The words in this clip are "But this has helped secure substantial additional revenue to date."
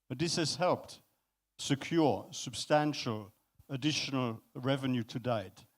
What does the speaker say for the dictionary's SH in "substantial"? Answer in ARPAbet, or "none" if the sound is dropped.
SH